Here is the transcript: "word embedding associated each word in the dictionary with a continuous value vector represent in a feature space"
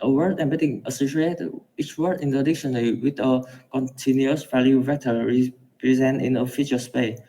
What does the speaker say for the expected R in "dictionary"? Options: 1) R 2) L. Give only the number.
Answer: 2